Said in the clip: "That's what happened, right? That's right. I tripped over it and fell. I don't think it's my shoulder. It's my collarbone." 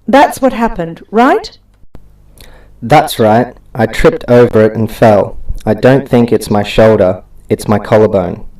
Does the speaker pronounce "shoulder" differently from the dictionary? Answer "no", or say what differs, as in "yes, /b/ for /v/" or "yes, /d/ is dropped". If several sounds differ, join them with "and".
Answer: no